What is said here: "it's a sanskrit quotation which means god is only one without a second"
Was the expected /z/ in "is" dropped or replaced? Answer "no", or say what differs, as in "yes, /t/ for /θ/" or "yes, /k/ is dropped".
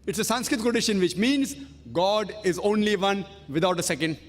no